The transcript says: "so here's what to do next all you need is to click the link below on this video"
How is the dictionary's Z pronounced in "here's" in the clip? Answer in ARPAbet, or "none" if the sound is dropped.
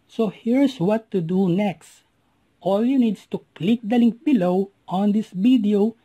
S